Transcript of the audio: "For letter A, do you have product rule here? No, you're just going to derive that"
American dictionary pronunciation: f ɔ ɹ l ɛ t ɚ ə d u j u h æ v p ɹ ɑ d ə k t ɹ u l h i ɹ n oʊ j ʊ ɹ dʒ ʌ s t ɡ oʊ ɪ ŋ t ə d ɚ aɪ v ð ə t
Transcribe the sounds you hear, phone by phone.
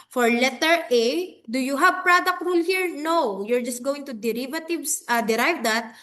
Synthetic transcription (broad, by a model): f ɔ ɹ l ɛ t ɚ ə d u j u h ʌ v p ɹ ɑ d ə k t ɹ u l h i ɹ n oʊ j ʊ ɹ dʒ ʌ s t ɡ oʊ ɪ ŋ t ə d ɚ aɪ v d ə t